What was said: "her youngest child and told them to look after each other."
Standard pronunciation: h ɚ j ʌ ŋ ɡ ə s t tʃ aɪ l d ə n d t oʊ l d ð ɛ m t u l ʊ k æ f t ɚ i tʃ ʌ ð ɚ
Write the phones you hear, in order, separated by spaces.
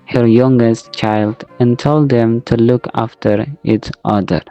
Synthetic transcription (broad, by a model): h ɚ j ʌ ŋ ɡ ə s t tʃ aɪ l d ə n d t oʊ l d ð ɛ m t u l ʊ k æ f t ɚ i s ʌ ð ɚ